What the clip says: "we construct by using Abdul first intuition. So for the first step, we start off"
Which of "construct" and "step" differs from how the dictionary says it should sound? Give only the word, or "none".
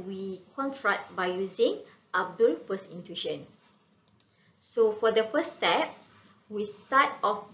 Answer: construct